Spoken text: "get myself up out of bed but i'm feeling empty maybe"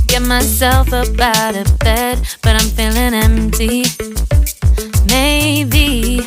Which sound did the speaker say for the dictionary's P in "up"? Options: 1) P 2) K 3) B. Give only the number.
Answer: 3